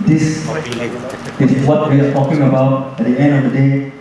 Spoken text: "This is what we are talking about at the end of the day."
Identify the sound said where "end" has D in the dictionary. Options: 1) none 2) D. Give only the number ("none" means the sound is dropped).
2